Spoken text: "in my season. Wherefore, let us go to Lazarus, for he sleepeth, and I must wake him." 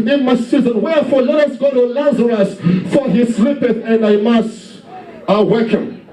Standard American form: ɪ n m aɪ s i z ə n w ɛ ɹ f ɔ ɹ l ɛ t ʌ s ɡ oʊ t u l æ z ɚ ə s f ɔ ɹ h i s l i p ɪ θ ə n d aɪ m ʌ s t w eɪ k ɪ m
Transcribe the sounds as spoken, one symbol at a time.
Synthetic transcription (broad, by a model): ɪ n m aɪ s i z ə n w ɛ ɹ f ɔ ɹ l ɛ t ʌ s ɡ oʊ t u l æ z ɚ ə s f ɔ ɹ h i s l i p ɪ θ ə n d aɪ m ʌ s t w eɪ k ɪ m